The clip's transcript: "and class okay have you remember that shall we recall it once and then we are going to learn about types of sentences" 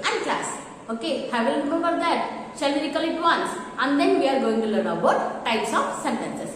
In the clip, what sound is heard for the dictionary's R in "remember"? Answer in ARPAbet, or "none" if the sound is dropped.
L